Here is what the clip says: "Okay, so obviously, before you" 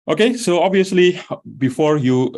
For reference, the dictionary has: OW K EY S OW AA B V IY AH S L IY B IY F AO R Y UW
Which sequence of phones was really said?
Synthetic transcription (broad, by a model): OW K EY S OW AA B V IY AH S L IY B IY F AO R Y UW